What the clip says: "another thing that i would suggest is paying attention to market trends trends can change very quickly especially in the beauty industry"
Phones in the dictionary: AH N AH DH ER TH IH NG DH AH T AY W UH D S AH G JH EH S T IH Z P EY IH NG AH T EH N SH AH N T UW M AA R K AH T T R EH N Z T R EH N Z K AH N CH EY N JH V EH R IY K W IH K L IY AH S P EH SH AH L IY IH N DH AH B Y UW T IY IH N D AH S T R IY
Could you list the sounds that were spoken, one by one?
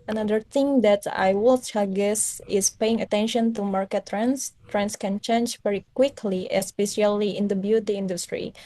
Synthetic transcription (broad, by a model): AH N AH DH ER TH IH NG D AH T AY W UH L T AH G EH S IH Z P EY IH NG AH T EH N SH AH N T UW M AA R K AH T T R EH N S T R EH N S K AH N CH EY N JH V EH R IY K W IH K L IY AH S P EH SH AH L IY IH N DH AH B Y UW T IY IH N D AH S T R IY